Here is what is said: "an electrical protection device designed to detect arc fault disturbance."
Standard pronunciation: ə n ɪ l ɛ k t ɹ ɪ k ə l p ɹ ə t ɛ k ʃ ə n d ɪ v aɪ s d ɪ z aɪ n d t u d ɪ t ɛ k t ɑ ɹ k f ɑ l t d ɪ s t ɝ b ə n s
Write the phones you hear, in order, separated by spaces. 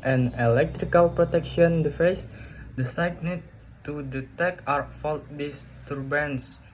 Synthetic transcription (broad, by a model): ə n ɪ l ɛ k t ɹ ɪ k ə l p ɹ ə t ɛ k ʃ ə n d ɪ f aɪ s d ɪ s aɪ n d t u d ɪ t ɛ k ɑ ɹ f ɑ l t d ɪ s t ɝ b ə n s